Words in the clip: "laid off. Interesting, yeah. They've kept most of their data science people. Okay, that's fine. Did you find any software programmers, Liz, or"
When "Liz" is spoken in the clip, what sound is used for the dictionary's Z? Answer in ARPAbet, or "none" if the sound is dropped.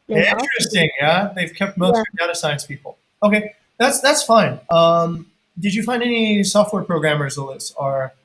S